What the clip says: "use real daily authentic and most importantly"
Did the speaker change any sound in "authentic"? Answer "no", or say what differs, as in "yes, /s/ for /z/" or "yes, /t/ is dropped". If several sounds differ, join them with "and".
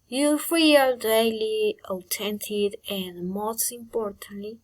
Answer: yes, /t/ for /θ/